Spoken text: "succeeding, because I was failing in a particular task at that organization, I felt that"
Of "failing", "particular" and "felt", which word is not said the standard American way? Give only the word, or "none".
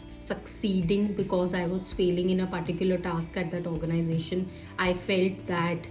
none